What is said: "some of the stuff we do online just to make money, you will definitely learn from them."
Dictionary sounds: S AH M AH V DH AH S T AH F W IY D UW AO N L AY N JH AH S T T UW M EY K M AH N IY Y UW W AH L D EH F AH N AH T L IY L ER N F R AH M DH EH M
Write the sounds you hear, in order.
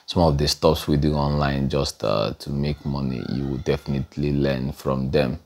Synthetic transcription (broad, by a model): S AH M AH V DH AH S T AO P W IY D UW AO N L AY N JH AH S T T UW M EY K M AH N IY Y UW W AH D EH F AH N AH T L IY L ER N F R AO M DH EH M